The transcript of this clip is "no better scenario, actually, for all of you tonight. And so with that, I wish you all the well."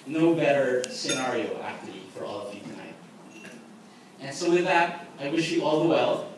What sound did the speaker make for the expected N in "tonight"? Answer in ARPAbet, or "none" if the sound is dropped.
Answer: none